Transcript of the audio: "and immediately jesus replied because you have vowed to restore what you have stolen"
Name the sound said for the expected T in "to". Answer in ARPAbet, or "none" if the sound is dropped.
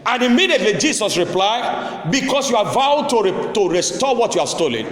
T